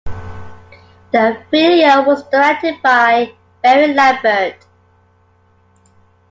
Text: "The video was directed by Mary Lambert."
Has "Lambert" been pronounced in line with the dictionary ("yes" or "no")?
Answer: no